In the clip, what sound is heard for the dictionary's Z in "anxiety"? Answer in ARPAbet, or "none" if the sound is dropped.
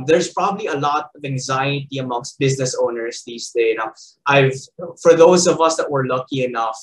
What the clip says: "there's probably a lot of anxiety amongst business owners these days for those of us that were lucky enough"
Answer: Z